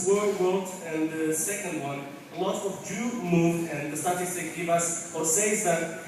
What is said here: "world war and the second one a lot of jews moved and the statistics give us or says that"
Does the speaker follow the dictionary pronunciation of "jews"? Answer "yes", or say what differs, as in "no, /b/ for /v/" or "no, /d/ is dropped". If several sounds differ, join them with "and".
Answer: no, /z/ is dropped